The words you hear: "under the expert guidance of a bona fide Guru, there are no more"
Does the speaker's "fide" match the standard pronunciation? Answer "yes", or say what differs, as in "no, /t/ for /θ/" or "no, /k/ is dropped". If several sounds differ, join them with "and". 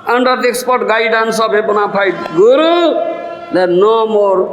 no, /p/ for /f/